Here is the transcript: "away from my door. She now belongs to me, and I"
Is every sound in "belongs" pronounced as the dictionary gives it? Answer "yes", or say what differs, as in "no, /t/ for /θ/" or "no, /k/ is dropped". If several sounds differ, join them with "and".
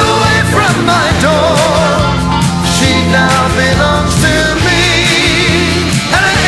no, /n/ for /l/